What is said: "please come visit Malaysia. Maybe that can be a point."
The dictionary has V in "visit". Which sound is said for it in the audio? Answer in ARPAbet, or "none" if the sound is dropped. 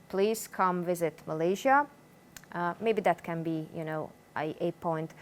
V